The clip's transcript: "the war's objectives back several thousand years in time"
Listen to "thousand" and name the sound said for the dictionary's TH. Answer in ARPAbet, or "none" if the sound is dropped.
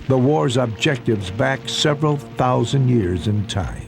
TH